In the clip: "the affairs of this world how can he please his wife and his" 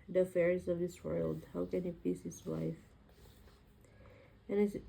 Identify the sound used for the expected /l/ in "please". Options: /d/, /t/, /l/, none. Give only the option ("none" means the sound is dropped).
none